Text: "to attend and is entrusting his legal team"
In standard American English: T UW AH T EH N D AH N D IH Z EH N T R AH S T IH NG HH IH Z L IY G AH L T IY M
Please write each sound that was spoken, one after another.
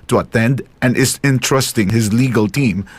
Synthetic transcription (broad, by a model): T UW AH T EH N D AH N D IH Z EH N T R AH S T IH NG HH IH Z L IY G AH L T IY M